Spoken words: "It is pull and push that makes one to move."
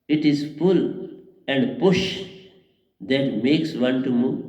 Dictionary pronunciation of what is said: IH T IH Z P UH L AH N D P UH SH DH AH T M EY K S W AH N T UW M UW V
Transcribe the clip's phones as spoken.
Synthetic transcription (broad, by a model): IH T IH Z F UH L AH N D P UH SH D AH T M EY K S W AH N T UW M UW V